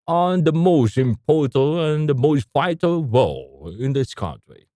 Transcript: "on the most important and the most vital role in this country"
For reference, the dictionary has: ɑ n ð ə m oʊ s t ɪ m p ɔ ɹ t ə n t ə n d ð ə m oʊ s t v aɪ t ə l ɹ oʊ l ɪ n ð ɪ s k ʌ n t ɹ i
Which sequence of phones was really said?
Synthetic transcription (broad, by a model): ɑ n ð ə m oʊ s t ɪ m p ɔ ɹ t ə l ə n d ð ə m oʊ s t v aɪ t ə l w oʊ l ɪ n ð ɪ s k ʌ n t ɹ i